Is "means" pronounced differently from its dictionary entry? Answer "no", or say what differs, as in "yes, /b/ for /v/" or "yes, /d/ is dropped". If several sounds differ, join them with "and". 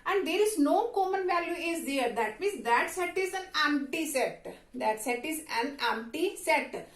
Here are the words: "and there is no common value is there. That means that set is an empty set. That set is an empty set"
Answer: yes, /n/ is dropped